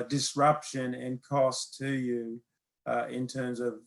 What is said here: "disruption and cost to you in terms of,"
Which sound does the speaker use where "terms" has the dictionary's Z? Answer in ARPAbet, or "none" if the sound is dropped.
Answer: Z